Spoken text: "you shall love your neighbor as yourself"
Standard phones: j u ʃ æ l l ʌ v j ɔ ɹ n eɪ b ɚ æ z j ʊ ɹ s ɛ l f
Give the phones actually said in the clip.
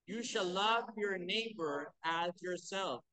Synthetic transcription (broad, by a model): j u ʃ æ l l ʌ v j ɔ ɹ n eɪ b ɚ æ z j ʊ ɹ s ɛ l f